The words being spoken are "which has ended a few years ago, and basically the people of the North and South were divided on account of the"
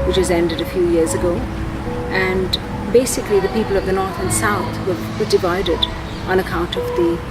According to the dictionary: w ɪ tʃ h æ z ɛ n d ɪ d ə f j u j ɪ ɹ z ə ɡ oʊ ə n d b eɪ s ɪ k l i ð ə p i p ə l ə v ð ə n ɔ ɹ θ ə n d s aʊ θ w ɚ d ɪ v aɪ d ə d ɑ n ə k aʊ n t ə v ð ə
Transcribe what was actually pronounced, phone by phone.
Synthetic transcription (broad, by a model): w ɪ tʃ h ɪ z ɛ n d ɪ d ə f j u j ɪ ɹ z ə ɡ oʊ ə n b eɪ s ɪ k l i ð ə p i p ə l ə v ð ə n ɔ ɹ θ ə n s aʊ θ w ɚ d ɪ v aɪ d ə d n ə k aʊ n t ə v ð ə